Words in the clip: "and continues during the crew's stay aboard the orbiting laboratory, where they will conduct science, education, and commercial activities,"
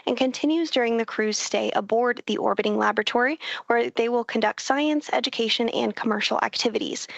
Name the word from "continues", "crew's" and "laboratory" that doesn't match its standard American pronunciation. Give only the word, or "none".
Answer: none